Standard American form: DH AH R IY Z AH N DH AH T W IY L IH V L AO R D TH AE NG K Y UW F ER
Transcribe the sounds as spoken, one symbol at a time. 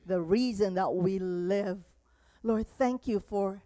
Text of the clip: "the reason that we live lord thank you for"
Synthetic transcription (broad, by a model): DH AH R IY Z AH N DH AH T W IY L IH V L AO R D TH AE NG K Y UW F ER